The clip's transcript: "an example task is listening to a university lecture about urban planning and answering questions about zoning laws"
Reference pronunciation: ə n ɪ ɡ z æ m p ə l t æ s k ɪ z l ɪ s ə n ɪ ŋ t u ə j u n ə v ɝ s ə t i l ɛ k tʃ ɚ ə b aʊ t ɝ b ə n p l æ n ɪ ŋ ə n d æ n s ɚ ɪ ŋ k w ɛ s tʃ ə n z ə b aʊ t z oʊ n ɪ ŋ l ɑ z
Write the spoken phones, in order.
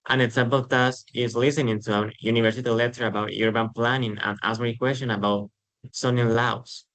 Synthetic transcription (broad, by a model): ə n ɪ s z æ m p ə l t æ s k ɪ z l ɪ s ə n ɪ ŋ t u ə j u n ə v ɝ s ə t i l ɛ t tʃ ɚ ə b aʊ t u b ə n p l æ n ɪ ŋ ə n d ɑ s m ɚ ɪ k w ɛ s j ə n ə b aʊ t s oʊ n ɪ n l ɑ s